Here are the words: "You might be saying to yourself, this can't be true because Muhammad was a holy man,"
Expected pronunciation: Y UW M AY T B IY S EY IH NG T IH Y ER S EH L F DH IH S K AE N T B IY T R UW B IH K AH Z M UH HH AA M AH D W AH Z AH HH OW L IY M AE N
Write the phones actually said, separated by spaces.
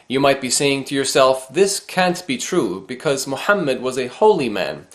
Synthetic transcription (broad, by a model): Y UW M AY T B IY S EY IH NG T IH Y ER S EH L F DH IH S K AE N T B IY T R UW B IH K AH Z M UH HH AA M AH D W AH Z AH HH OW L IY M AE N